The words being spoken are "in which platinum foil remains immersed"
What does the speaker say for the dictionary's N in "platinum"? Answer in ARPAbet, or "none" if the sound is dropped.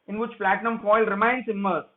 N